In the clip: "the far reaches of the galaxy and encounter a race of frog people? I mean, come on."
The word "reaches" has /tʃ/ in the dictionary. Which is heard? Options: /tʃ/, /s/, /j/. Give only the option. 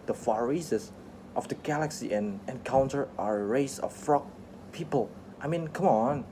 /s/